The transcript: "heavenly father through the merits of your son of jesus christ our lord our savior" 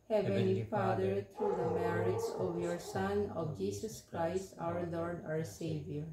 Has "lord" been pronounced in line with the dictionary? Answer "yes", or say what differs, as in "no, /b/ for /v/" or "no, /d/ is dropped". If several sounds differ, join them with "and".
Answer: yes